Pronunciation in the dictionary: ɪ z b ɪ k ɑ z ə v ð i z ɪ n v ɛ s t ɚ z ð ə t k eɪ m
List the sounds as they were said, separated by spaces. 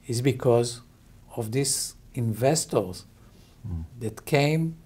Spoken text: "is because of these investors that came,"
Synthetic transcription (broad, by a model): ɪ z b ɪ k ɑ z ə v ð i s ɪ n v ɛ s t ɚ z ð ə t k eɪ m